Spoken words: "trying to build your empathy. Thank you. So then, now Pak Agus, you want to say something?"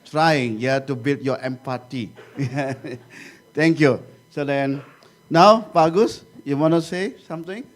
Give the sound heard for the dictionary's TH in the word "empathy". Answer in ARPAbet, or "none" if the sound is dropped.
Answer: T